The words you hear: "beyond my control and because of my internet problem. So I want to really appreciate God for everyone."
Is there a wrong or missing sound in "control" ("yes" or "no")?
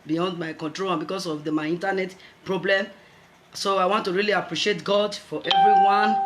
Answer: no